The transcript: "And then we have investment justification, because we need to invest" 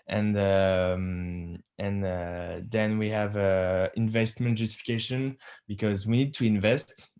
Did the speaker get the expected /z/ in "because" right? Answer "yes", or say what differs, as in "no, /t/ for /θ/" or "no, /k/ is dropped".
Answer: yes